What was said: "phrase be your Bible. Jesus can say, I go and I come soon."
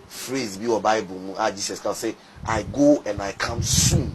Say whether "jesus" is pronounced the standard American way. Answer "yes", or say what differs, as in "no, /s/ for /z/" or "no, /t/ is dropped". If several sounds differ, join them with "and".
no, /s/ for /z/